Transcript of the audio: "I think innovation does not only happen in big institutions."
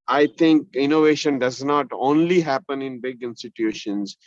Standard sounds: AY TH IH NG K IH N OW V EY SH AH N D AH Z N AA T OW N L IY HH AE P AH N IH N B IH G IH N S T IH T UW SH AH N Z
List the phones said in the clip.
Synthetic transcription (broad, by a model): AY T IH NG K IH N OW V EY SH AH N D AH Z N AA T OW N L IY HH AE P AH N IH N B IH G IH N S T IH T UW SH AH N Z